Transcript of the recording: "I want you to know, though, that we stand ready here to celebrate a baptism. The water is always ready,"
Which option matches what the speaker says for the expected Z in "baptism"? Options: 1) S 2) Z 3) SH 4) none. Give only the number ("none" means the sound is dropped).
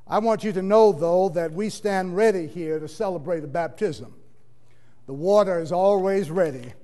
2